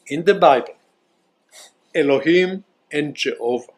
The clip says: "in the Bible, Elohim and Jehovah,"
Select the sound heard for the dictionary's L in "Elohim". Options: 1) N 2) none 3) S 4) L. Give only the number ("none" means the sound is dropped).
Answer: 4